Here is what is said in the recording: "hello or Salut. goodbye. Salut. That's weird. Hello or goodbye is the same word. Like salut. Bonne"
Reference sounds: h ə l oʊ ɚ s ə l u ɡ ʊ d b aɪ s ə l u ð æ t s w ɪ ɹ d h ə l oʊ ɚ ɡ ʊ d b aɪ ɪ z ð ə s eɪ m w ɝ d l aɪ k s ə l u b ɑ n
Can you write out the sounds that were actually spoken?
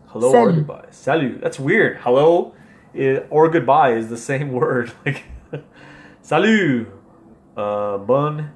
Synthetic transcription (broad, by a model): h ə l oʊ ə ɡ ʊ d b aɪ s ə l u ð æ t s w ɪ ɹ d h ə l oʊ ɚ ɡ ʊ d b aɪ ɪ z ð ə s eɪ m w ɝ d l aɪ k s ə l u b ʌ n